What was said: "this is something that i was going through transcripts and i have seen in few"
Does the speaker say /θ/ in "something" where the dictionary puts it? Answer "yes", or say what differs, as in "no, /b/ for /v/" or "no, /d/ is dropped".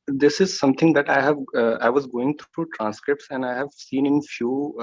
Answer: no, /t/ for /θ/